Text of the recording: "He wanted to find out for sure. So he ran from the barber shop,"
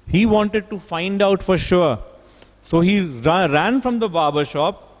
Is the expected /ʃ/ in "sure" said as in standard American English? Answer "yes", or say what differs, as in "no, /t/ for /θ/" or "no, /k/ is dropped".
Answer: yes